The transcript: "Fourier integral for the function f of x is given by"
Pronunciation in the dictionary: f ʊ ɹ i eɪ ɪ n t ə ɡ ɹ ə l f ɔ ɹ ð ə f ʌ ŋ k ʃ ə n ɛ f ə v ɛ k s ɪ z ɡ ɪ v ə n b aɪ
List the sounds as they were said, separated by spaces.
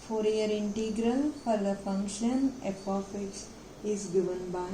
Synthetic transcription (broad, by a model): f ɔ ɹ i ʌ ɪ n t ə ɡ ɹ ə l f ɔ ɹ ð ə f ʌ ŋ k ʃ ə n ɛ p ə f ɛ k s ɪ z ɡ ɪ v ə n b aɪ